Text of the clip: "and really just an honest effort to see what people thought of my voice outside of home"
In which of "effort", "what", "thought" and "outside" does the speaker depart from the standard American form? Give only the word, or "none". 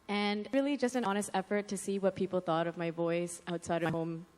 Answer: none